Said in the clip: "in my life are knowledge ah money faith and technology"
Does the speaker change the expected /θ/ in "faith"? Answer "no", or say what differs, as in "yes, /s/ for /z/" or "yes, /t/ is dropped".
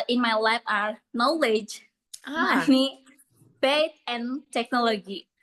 yes, /t/ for /θ/